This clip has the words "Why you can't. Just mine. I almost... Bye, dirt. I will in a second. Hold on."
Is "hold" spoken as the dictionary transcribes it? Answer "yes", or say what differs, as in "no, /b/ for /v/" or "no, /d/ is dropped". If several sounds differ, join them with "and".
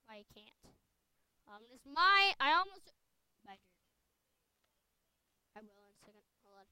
no, /d/ is dropped